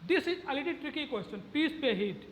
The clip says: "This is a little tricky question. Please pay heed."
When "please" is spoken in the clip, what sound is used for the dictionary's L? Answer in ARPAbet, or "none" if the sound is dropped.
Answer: none